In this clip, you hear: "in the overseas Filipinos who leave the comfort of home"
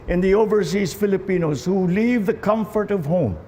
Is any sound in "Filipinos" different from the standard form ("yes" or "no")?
no